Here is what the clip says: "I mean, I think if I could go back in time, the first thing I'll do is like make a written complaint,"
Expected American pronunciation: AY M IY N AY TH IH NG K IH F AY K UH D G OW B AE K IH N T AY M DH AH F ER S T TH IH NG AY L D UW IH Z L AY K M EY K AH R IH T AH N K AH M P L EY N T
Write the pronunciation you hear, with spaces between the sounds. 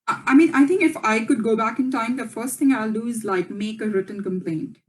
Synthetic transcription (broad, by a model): AY M IY N AY T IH NG K IH F AY K UH D G OW B AE K IH N T AY M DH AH F ER S T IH NG AY L D UW IH Z L AY K M EY K AH R IH T AH N K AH M P L EY N T